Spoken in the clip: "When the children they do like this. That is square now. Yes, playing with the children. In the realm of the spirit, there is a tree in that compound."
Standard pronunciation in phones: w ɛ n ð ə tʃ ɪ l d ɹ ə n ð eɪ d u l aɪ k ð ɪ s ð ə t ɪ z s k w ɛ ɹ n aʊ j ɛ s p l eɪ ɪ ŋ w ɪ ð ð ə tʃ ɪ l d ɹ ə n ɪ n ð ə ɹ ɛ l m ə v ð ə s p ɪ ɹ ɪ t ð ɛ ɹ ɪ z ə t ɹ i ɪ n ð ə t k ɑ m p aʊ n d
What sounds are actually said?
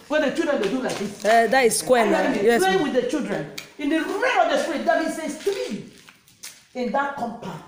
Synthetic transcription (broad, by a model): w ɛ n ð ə tʃ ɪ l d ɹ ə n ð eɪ d u l aɪ k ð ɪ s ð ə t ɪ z s k w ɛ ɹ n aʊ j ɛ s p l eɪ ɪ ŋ w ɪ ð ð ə tʃ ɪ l d ɹ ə n ɪ n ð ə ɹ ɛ m ə v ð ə s p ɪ ɹ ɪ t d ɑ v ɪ s ə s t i ɪ n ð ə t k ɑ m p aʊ